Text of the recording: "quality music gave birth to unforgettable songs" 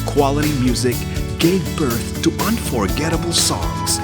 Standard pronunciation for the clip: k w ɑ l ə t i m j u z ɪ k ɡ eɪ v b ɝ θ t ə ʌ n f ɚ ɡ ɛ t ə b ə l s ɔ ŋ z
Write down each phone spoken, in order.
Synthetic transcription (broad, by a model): k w ɑ l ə t i m j u z ɪ k ɡ eɪ v b ɝ θ t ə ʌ n f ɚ ɡ ɛ t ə b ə l s ɔ ŋ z